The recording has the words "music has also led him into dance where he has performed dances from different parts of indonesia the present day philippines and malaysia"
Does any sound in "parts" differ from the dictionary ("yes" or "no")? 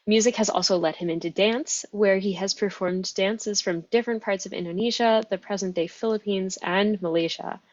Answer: no